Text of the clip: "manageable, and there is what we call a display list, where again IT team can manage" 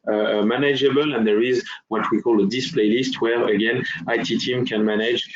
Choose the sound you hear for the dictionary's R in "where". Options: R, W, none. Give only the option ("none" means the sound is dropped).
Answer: R